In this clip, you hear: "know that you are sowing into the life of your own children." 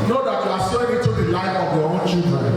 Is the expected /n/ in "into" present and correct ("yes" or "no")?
no